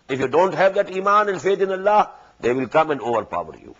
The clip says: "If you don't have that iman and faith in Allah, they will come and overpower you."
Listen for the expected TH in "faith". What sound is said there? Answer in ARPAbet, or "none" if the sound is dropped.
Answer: T